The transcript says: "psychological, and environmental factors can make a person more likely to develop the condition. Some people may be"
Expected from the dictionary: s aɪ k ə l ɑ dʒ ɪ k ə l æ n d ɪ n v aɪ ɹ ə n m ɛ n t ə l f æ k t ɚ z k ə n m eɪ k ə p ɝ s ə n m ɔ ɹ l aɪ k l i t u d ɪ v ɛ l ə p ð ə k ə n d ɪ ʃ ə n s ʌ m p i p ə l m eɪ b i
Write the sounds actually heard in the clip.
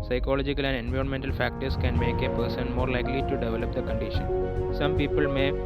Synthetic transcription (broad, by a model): s aɪ k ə l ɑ dʒ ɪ k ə l æ n d ɪ n v aɪ ɹ ə n m ɛ n t ə l f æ k t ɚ s k ə n m eɪ k ə p ɝ s ə n m ɔ ɹ l aɪ k l i t u d ɪ v ɛ l ə p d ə k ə n d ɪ ʃ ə n s ʌ m p i p ə l m eɪ